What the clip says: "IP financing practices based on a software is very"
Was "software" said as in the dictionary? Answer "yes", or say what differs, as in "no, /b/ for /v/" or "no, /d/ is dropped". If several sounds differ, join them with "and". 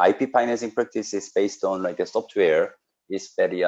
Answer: no, /p/ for /f/